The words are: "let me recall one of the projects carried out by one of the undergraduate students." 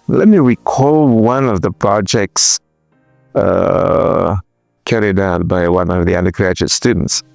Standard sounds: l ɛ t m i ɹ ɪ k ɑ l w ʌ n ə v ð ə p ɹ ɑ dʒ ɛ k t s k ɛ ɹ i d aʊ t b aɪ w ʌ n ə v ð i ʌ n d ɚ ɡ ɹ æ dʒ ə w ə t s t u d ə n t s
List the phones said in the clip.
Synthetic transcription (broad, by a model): l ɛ t m i ɹ ɪ k ɑ l w ʌ n ə v ð ə p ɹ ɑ dʒ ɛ k t s k ɛ ɹ i d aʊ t b aɪ w ʌ n ə v ð i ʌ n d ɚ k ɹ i ə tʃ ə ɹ s t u d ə n t s